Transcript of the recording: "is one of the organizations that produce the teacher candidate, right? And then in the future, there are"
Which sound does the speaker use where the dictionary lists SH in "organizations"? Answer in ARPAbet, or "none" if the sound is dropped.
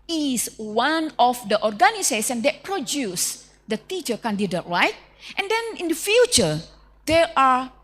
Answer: S